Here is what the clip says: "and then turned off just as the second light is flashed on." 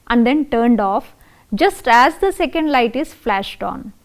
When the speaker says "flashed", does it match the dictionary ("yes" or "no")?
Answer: yes